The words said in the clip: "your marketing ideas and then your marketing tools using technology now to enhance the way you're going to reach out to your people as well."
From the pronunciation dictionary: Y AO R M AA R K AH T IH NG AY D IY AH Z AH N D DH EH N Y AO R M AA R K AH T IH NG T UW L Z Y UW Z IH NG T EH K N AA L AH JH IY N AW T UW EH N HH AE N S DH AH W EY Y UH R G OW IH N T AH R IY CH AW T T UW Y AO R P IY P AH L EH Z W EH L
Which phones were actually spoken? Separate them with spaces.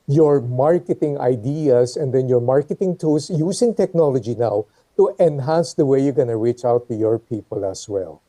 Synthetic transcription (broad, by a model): Y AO R M AA R K AH T IH NG AY D IY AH S AH N D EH N Y AO R M AA R K AH T IH NG T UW L S Y UW S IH NG T EH K N AA L AH JH IY N AW T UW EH N HH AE N S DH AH W EY Y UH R G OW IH N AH R IY CH AW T T UW Y AO R P IY P AH L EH S W EH L